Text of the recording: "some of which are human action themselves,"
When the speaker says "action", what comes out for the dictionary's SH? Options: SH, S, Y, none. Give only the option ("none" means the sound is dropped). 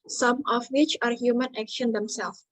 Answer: SH